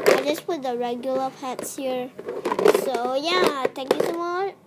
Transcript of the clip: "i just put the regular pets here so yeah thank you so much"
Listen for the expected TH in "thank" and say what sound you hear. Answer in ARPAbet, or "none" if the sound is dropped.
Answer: T